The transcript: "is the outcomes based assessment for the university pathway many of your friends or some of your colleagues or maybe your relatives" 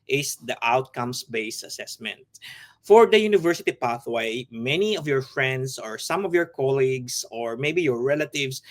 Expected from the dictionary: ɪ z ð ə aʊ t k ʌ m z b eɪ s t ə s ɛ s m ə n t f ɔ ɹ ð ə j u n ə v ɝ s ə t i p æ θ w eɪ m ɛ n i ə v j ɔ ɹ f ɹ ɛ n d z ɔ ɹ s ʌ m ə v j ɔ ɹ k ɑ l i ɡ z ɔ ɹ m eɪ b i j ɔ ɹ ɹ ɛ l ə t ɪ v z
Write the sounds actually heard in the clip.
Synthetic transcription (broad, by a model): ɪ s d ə aʊ t k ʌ m s b eɪ s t ə s ɛ s m ə n t f ɔ ɹ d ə j u n ə v ɝ s ə t i p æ θ w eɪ m ɛ n i ə v j ɔ ɹ f ɹ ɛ n d s ɔ ɹ s ʌ m ə v j ɔ ɹ k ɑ l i ɡ s ɔ ɹ m eɪ b i j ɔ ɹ ɹ ɛ l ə t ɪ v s